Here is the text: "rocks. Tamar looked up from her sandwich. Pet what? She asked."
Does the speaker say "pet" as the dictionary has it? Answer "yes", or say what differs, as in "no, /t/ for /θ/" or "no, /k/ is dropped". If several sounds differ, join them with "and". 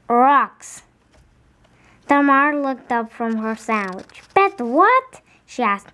no, /b/ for /p/